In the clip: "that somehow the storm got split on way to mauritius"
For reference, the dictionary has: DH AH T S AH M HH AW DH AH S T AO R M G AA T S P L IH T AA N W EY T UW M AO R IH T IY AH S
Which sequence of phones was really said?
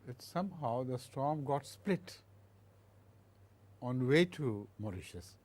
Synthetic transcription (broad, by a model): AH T S AH M HH AW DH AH S T AO R M G AA T S P L IH T AA N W EY T UW M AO R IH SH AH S